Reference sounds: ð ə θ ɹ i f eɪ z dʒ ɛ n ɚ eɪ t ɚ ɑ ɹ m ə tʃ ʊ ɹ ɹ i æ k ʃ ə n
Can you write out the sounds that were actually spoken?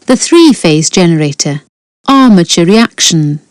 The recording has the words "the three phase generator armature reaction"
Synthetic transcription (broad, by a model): ð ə θ ɹ i f eɪ z dʒ ɛ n ɚ eɪ t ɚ ɑ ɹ m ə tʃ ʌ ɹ ɹ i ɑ k ʃ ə n